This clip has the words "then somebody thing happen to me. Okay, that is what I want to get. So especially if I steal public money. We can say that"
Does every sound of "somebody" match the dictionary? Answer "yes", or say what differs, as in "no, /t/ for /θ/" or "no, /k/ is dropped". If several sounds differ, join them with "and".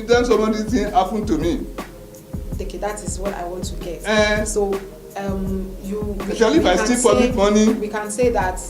no, /b/ is dropped